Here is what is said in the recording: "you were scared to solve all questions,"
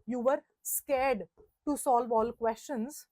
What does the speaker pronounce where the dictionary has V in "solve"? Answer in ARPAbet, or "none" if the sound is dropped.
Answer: V